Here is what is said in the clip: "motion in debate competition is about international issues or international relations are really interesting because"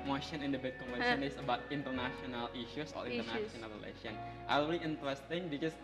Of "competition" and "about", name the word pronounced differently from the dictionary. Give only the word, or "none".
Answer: competition